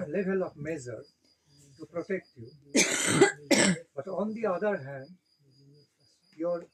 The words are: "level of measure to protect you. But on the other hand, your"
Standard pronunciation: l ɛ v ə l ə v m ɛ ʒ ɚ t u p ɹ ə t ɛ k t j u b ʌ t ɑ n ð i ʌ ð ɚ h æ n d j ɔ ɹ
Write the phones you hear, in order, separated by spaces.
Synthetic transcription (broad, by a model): l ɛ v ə l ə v m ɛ z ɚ t u p ɹ ə t ɛ k t j u b ʌ t ɑ n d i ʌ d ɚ h æ n d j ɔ ɹ